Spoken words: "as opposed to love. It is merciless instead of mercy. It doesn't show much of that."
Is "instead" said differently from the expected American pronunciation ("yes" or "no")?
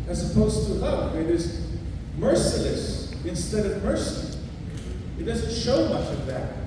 no